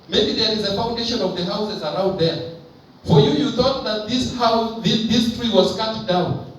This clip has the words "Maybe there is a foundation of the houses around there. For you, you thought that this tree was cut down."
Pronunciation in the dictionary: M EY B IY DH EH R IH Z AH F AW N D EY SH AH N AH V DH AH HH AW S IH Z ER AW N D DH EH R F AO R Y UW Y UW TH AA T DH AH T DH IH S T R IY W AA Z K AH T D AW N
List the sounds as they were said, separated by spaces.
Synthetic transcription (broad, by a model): M EY B IY DH EH R IH Z AH F AW N D EY SH AH N AH V DH AH HH AW S IH Z ER AW N D DH EH R F AO R Y UW Y UW TH AA T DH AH T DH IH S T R IY W AA Z K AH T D AW N